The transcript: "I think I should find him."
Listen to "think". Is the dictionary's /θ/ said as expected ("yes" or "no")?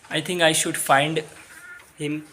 no